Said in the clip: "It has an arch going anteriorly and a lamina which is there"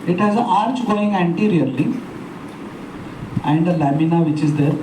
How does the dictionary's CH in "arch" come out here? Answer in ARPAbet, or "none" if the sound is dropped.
CH